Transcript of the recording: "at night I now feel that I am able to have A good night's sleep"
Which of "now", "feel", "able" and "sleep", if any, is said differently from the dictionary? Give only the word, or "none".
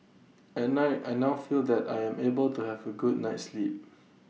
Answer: none